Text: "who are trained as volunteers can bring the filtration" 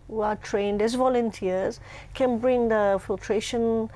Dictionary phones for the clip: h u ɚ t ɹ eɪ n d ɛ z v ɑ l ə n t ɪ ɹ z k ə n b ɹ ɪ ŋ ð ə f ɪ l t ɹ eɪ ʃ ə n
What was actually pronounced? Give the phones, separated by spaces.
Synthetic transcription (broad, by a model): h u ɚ t ɹ eɪ n d ɛ z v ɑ l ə n t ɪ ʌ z k ə n b ɹ ɪ ŋ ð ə f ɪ l t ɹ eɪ ʃ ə n